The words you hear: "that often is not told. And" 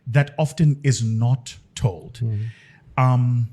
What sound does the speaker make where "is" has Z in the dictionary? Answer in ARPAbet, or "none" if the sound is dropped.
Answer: Z